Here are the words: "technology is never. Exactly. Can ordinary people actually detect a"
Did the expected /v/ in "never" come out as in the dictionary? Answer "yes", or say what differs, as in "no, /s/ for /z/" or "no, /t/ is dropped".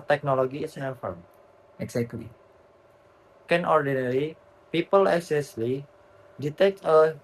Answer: no, /f/ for /v/